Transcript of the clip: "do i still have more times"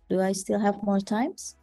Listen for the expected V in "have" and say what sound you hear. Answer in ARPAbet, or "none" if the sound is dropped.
V